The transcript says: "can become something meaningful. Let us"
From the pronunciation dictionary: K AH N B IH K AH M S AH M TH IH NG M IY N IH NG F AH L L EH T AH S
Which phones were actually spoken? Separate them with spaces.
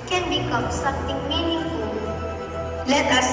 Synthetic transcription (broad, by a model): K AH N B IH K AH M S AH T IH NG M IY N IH F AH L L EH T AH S